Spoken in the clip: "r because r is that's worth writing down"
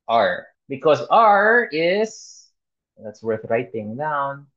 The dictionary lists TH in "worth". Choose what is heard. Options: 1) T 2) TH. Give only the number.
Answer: 2